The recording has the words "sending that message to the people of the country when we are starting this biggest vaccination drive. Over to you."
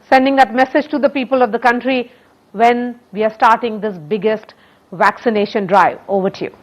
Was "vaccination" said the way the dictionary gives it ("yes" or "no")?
yes